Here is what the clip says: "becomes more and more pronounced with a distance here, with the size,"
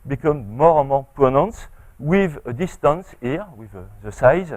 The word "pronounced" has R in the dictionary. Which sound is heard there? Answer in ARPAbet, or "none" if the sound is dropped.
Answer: none